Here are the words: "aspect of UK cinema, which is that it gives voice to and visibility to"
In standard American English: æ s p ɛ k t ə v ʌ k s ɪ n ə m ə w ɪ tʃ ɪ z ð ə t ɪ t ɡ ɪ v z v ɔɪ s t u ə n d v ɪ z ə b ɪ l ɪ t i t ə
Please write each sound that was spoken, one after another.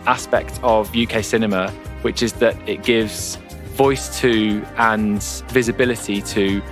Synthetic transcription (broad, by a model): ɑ s p ɛ k t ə v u k s ɪ n ə m ə w ɪ tʃ ɪ z ð ə t ɪ t ɡ ɪ v z v ɔɪ s t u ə n v ɪ z ə b ɪ l ɪ t i t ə